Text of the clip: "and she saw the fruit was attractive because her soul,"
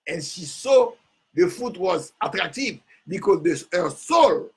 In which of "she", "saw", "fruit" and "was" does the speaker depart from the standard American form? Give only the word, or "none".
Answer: fruit